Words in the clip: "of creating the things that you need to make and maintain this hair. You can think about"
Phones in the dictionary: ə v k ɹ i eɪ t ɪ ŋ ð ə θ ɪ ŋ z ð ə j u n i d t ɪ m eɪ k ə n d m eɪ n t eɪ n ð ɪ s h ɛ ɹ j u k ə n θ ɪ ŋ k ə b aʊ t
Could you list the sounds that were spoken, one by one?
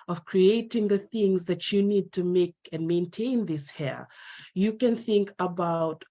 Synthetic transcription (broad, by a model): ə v k ɹ i eɪ t ɪ ŋ ð ə θ ɪ ŋ z ð ə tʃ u n i d t ɪ m eɪ k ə n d m eɪ n t eɪ n ð ɪ s h ɛ ɹ j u k ə n θ ɪ ŋ k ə b aʊ t